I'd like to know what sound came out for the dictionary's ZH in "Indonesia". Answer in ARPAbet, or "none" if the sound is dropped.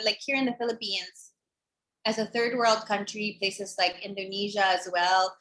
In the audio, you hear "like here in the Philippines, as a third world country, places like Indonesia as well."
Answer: ZH